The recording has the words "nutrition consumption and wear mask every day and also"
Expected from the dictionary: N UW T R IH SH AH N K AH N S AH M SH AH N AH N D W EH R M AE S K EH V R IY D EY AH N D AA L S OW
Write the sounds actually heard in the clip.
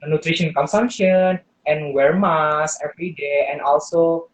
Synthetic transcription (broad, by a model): N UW T R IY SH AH N K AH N S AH M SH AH N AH N W EH R M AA S EH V R IY D EY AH N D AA L S OW